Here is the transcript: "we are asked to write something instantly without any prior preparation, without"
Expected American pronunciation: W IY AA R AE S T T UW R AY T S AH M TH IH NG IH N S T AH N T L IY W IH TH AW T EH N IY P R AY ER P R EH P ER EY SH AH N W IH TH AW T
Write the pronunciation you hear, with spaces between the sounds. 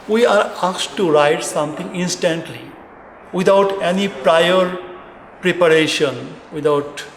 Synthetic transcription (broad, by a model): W IY AA R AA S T T UW R AY T S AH M T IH NG IH N S T AH N T L IY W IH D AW T EH N IY P R AY ER P R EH P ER EY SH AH N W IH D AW T